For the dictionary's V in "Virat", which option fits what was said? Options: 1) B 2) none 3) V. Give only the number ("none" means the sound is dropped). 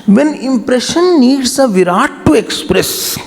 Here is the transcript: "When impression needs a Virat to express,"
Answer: 3